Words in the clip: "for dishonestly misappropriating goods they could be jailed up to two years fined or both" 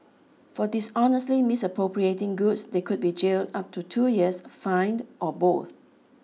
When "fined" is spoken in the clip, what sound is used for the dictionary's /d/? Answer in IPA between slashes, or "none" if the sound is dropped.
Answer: /d/